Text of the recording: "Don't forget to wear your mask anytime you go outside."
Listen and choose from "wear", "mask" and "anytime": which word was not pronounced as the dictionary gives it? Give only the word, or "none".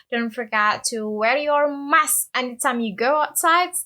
mask